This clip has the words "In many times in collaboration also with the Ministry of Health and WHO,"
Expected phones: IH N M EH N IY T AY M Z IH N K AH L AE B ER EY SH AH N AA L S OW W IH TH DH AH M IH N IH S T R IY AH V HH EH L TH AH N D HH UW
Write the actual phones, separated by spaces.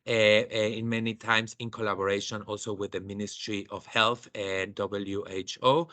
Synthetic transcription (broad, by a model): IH N M EH N IY T AY M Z IH N K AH L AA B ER EY SH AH N AA L S OW W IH DH AH M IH N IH S T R IY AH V HH EH L TH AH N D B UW